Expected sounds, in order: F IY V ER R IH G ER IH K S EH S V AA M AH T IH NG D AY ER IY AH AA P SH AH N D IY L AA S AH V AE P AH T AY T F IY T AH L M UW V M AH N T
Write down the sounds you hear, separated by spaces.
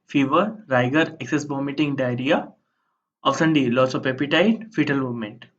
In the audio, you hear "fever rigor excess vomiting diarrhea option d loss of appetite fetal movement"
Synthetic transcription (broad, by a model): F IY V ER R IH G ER IH K S EH S B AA M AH T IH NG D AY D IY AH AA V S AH N D IY L AA S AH P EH P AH T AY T F IY T AH L M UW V M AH N T